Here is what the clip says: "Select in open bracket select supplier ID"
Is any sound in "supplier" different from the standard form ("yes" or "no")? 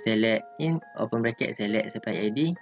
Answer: yes